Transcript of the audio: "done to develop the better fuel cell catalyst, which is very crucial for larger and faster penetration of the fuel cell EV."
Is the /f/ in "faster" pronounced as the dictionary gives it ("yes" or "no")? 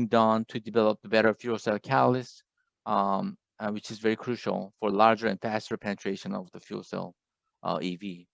yes